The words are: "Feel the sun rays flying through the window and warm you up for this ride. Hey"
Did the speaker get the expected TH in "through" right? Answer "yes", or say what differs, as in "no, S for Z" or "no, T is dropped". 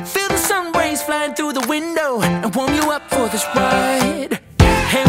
yes